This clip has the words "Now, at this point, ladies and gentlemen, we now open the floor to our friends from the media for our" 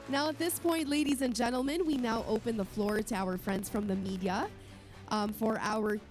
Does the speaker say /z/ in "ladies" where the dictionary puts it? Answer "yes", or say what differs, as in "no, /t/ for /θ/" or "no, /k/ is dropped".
yes